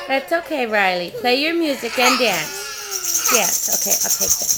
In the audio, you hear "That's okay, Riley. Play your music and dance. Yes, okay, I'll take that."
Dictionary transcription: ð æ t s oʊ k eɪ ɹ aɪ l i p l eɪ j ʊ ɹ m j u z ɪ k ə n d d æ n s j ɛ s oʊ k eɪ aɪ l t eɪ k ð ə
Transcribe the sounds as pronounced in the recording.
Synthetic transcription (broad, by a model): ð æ t s oʊ k eɪ ɹ aɪ l i p l eɪ j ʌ ɹ m j u z ɪ k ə n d d æ n s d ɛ s oʊ k eɪ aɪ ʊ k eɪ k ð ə